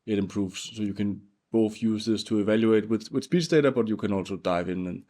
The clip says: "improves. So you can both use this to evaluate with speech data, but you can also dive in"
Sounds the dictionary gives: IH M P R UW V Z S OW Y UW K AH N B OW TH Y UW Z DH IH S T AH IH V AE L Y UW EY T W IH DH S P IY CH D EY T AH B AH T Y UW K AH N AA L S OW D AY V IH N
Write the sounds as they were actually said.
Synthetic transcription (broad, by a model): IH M P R UW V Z S OW Y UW K AH N B OW TH Y UW Z DH IH S T AH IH V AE L Y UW EY T W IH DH S P IY S D EY T AH B AH T Y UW K AH N AA L S OW D AY V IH N